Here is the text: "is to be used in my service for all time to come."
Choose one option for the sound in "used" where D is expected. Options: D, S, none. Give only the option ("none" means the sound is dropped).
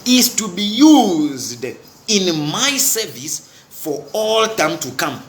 D